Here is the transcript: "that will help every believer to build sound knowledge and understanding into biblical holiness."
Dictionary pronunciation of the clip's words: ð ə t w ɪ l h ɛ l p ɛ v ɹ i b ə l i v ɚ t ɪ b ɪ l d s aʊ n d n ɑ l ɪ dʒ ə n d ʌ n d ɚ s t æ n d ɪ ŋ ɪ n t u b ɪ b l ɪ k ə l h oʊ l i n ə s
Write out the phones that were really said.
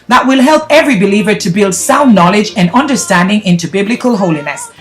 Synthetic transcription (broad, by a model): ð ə t w ɪ l h ɛ l p ɛ v ɹ i b ə l i v ɚ t ɪ b ɪ l d s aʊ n n ɑ l ɪ dʒ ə n ʌ n d ɚ s t æ n d ɪ ŋ ɪ n t u b ɪ b l ɪ k ə l h oʊ l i n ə s